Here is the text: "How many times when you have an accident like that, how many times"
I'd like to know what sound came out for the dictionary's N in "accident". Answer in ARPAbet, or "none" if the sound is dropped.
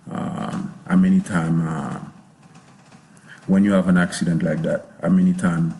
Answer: N